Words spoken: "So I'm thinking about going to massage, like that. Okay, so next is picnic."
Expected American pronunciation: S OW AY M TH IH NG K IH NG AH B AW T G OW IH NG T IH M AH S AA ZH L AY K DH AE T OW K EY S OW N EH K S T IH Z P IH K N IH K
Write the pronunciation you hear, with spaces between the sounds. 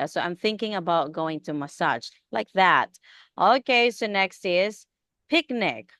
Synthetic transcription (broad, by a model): S OW AY M TH IH NG K IH NG AH B AW T G OW IH NG T IH M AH S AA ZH L AY K DH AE T OW K EY S OW N EH K S T IH Z P IH K N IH K